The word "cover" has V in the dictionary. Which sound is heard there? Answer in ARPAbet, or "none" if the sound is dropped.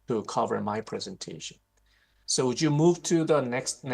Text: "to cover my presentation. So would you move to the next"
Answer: V